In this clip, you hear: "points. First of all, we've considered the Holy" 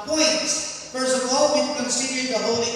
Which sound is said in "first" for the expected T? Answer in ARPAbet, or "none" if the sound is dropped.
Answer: none